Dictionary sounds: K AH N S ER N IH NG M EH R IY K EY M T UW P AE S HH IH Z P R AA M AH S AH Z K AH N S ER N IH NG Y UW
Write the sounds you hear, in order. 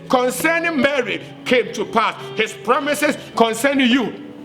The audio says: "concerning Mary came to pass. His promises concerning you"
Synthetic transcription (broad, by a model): K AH N S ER N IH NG M EH R IY K EY M T UW P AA S HH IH S P R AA M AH S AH S K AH N S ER N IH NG Y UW